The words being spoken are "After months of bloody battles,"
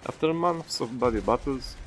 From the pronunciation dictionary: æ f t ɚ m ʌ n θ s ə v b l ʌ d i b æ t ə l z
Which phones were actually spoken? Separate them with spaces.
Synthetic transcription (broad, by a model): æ f t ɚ m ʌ n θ s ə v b ʌ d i b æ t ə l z